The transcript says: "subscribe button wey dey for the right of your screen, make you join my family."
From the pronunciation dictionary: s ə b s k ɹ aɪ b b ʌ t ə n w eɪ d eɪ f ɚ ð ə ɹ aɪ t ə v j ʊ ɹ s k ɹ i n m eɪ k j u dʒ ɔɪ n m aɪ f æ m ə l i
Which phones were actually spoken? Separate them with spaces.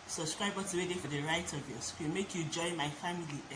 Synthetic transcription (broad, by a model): s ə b s k ɹ aɪ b b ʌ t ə w eɪ d eɪ f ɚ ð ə ɹ aɪ t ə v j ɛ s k i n m eɪ k j u dʒ ɔɪ n m aɪ f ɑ m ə l i